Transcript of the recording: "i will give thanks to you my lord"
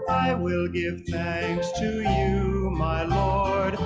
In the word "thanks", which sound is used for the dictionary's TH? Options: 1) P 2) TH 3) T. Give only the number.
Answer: 2